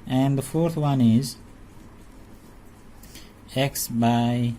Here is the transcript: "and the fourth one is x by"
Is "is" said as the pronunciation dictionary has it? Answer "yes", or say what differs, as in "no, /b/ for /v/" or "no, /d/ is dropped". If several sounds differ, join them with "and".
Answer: yes